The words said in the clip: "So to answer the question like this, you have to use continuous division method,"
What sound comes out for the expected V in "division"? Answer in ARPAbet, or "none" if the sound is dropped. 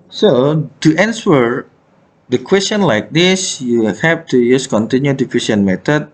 F